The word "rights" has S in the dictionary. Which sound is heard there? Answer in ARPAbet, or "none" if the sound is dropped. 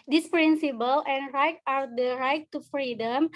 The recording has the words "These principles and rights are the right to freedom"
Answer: none